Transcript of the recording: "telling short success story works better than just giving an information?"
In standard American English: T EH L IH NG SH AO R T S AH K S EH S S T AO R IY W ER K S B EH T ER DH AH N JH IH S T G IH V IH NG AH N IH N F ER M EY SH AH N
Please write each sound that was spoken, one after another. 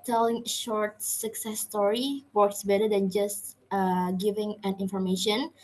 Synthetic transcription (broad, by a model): T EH L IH NG SH AO R T S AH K S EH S S T AO R IY W ER K S B EH T ER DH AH N JH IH S T G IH V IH NG AH N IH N F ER M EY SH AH N